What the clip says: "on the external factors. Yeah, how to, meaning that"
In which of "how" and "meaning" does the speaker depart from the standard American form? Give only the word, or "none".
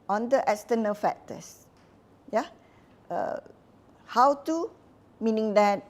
none